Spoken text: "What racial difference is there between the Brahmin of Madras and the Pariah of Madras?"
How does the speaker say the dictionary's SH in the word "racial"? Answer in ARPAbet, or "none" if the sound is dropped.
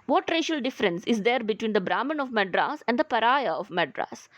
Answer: SH